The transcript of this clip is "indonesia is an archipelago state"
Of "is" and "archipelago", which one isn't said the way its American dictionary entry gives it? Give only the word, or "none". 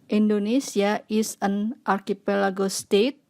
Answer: is